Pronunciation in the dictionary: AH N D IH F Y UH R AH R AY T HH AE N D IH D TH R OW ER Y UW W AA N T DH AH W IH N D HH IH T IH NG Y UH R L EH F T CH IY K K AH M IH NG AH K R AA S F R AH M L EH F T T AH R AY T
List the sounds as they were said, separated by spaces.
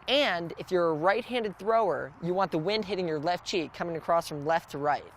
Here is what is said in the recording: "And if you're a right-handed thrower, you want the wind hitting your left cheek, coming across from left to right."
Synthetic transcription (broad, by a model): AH N D IH F Y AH R AH R AY T HH AE N D IH D TH R OW ER Y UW W AA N DH AH W IH N D HH IH T IH NG Y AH R L EH F T CH IY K K AH M IH NG AH K R AA S F R AH M L EH F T T AH R AY T